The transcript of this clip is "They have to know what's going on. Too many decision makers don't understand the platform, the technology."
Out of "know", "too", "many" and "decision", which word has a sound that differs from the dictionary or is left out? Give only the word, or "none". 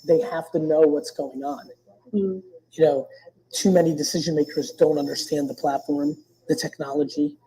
none